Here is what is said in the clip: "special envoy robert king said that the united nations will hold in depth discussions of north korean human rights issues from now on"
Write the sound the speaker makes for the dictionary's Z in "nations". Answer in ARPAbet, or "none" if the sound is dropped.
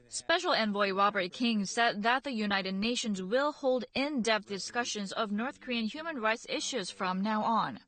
Z